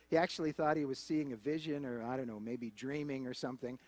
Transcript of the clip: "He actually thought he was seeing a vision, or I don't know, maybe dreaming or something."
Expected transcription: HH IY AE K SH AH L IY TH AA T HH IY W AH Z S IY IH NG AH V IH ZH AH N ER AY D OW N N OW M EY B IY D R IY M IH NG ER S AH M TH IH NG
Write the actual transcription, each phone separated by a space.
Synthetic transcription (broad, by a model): HH IY AE K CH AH L IY TH AA T HH IY W AH Z S IY IH NG AH V IH ZH AH N ER AY D OW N N OW M EY B IY D R IY M IH NG ER S AH M TH IH NG